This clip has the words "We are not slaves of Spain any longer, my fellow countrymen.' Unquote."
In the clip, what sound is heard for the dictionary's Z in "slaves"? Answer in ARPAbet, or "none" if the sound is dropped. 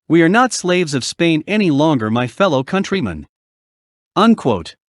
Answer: Z